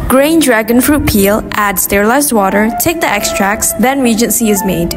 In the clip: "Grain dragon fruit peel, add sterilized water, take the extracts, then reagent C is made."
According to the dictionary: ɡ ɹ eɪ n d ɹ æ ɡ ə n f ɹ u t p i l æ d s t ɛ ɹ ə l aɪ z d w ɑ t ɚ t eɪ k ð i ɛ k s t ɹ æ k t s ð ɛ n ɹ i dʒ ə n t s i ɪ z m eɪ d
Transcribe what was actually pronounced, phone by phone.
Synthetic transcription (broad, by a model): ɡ ɹ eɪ n d ɹ æ ɡ ə n f ɹ u t p i l æ d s t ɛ ɹ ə l aɪ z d w ɑ t ɚ t eɪ k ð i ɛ k s t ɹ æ k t s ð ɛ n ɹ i dʒ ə n s i ɪ z m eɪ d